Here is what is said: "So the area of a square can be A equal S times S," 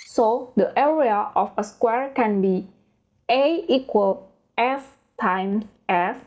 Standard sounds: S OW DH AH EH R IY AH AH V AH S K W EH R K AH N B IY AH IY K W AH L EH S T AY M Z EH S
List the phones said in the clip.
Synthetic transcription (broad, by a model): S OW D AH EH R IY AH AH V AH S K W EH R K AH N B IY AH IY K W AH L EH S T AY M EH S